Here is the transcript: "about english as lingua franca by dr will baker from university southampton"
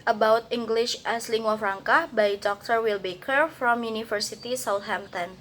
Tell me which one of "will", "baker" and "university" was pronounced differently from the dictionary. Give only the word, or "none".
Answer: university